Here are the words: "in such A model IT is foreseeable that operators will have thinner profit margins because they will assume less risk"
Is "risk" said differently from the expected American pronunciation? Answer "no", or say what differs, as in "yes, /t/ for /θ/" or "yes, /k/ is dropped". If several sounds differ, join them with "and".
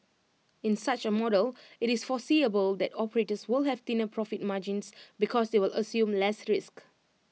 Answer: no